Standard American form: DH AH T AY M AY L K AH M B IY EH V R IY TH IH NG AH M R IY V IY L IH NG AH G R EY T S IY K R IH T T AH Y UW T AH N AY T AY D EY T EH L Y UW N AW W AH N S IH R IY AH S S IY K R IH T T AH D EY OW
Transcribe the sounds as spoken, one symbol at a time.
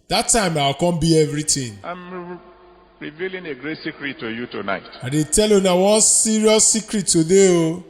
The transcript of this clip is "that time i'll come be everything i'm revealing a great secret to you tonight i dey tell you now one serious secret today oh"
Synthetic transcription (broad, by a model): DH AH T AY M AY W K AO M B IY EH V R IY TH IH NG AH M R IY V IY L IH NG AH G R EY T S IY K R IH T T AH Y UW T AH N AY T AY D EY T EH L Y UW N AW W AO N S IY R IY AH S S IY K R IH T T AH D EY OW